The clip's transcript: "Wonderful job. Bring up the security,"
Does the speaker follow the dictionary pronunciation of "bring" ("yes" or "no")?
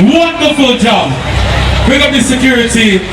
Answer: no